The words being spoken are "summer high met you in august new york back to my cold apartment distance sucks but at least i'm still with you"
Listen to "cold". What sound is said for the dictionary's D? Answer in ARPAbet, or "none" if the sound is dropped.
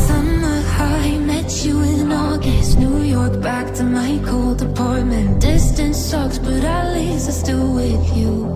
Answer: D